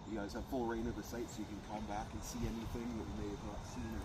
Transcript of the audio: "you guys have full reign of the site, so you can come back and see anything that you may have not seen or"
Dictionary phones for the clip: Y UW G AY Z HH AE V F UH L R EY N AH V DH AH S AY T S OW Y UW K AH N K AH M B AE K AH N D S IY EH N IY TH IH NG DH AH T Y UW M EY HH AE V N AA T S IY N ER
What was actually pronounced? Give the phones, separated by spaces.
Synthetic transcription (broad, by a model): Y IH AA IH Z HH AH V F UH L R EY N AH V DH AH S AY T S OW Y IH K AH N K AH M B AE K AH N S IY EH N IY TH IH NG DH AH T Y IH M EY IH V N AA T S IY N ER